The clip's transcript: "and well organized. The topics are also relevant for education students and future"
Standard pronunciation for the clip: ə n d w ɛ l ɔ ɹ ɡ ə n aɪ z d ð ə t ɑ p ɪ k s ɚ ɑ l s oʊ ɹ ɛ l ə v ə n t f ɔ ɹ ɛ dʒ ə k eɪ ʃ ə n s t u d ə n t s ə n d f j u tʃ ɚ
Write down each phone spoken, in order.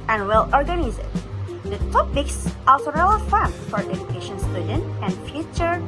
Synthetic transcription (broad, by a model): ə n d w ɛ l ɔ ɹ ɡ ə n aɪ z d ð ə t ɑ p ɪ k s ɑ l s oʊ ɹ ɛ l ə f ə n f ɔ ɹ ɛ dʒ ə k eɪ ʃ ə n s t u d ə n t ə n d f j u tʃ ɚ